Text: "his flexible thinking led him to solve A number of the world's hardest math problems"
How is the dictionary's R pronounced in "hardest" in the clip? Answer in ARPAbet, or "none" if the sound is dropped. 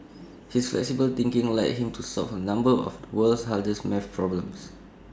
L